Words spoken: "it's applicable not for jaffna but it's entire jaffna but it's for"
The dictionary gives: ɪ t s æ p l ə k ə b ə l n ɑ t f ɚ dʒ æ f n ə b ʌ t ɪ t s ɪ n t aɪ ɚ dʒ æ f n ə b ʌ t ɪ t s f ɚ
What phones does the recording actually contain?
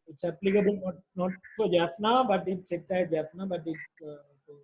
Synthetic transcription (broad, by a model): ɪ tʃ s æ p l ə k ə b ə n n ɑ t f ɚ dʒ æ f n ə b ʌ t ɪ t s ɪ t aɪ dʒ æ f n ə b ʌ t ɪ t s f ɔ